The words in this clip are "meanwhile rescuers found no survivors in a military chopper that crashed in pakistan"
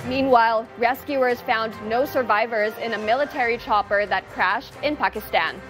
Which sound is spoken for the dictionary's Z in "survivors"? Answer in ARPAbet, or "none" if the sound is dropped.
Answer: Z